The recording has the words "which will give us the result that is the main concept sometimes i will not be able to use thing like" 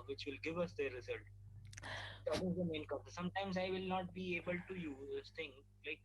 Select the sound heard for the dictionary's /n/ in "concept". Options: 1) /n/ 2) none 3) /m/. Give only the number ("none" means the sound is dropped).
2